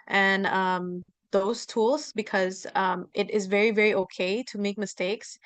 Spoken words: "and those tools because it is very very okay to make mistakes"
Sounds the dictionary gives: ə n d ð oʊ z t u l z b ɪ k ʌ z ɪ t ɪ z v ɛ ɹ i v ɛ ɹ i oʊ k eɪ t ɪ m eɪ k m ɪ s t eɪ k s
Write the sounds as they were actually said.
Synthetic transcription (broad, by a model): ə n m ð oʊ z t u l z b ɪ k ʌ z ɪ t ɪ z v ɛ ɹ i v ɛ ɹ i oʊ k eɪ t ɪ m eɪ k m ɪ s t eɪ k s